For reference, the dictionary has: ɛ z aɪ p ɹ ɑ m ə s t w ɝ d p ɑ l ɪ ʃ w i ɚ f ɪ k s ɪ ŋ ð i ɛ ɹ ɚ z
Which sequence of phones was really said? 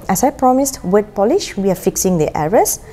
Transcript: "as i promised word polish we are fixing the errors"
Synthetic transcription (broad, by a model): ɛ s aɪ p ɹ ɑ m ə s t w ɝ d p ɑ l ɪ ʃ w i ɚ f ɪ k s ɪ ŋ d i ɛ ɹ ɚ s